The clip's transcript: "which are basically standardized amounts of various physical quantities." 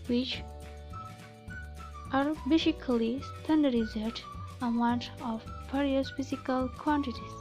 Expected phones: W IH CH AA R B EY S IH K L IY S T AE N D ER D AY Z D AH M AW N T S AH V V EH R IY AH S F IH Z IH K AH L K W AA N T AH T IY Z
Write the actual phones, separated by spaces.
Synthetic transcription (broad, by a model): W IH CH AA R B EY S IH K L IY S T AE N D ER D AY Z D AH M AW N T AH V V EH R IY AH S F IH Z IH K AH L K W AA N T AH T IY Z